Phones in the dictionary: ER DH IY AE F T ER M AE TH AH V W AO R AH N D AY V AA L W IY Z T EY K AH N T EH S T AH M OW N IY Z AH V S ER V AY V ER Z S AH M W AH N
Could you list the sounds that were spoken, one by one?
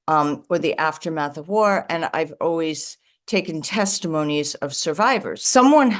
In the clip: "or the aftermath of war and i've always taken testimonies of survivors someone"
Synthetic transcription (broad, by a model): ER DH IY AE F T ER M AE TH AH V W AO R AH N AY V AA L W IY Z T EY K AH N T EH S T AH M OW N IY Z AH V S ER V AY V ER Z S AH M W AH N